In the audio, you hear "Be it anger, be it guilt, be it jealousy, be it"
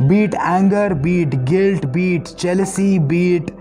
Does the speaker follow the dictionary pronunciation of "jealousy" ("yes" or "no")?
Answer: no